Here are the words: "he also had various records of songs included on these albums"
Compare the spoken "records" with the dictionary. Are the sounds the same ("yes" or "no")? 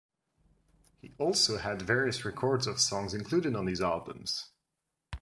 yes